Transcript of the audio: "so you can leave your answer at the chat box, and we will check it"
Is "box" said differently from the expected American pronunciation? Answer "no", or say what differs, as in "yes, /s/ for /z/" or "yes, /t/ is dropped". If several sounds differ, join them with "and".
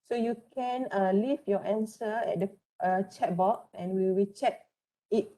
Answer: yes, /s/ is dropped